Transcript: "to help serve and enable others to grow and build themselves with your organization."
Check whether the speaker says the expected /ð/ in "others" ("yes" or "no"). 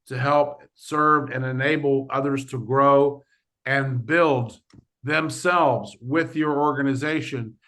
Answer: yes